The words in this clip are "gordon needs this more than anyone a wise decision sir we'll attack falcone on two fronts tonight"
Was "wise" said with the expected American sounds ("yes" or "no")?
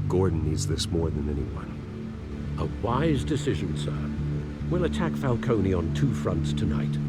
yes